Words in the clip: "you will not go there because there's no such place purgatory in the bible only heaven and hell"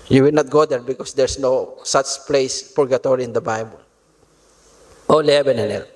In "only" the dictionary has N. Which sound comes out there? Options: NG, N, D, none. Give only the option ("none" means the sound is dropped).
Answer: none